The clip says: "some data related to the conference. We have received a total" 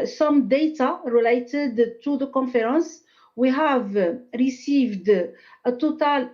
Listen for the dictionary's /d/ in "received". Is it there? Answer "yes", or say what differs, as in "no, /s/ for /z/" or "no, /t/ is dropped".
yes